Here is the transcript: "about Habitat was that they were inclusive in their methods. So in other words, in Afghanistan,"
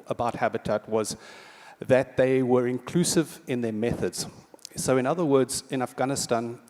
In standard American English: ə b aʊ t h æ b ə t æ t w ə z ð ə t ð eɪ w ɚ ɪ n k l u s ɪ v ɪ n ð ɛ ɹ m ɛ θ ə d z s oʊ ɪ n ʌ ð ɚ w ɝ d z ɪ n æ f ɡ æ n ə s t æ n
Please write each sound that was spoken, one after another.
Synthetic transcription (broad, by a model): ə b aʊ t h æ b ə t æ t w ə z ð ə t ð eɪ w ɚ ɪ n k l u s ɪ v ɪ n ð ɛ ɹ m ɛ θ ə d z s oʊ ɪ n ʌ ð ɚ w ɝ d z ɪ n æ f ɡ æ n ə s t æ n